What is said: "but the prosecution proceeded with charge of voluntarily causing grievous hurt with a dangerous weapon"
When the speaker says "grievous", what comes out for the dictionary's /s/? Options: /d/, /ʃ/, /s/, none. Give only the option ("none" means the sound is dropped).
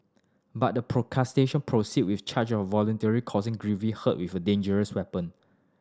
none